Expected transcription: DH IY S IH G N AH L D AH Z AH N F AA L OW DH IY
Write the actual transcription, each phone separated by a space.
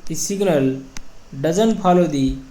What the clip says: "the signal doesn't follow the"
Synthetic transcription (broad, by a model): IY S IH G N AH L D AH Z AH N P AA L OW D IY